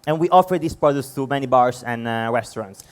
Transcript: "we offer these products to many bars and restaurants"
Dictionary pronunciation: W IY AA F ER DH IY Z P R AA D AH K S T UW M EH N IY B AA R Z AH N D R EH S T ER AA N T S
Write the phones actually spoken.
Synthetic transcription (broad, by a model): W IY AA F ER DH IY S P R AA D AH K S T UW M EH N IY B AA R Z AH N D R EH S T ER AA N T S